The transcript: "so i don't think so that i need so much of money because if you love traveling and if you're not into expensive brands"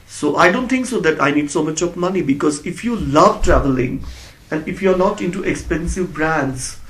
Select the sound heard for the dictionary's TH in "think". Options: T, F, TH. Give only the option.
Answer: T